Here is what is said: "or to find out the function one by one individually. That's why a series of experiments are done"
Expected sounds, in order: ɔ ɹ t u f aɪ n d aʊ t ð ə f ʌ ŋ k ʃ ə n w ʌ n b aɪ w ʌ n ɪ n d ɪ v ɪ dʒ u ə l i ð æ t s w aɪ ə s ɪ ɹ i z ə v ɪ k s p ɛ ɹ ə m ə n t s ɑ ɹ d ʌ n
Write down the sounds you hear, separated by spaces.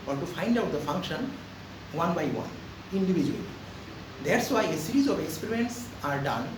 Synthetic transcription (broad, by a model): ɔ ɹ t u f aɪ n d aʊ t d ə f ʌ ŋ k ʃ ə n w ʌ n b aɪ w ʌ n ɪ n d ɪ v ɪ dʒ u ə l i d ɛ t s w aɪ ə s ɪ ɹ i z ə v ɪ k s p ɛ ɹ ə ə n t s ɑ ɹ d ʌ n